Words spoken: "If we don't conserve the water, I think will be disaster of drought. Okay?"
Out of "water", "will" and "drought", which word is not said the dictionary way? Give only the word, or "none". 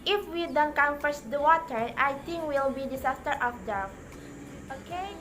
drought